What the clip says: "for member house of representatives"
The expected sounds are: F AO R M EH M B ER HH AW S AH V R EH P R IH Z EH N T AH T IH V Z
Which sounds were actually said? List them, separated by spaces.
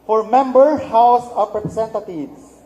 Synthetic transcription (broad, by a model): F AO R M EH M B ER HH AW S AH P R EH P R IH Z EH N T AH T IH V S